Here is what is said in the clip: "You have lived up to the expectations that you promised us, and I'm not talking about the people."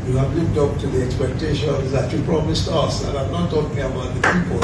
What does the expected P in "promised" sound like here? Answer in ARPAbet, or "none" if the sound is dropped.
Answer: P